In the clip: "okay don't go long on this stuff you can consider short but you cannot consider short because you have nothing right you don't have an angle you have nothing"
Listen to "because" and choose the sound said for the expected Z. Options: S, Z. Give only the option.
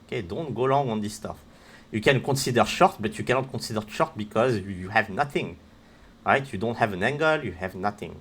Z